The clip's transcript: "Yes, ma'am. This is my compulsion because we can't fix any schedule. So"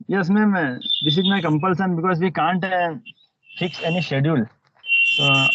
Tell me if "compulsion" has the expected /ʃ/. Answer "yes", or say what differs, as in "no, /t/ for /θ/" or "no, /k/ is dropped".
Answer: no, /s/ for /ʃ/